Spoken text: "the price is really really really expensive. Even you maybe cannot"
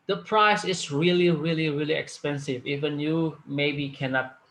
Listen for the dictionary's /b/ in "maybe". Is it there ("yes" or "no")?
yes